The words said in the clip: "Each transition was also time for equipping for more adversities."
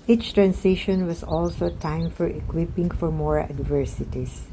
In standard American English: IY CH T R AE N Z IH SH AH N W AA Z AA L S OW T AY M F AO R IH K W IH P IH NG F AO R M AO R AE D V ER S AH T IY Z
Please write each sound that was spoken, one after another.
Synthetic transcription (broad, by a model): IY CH T R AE N S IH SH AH N W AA S AA L S OW T AY M F AO R IH K W IH P IH NG F AO R M AO R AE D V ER S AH T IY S